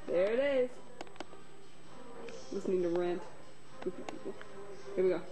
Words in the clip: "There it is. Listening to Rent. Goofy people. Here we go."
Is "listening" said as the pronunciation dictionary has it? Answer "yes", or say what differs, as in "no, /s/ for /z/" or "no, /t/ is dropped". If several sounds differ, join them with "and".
yes